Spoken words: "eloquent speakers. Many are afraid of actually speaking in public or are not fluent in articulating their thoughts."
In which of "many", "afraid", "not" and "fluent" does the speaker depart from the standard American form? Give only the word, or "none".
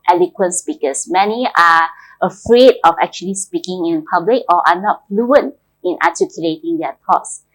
none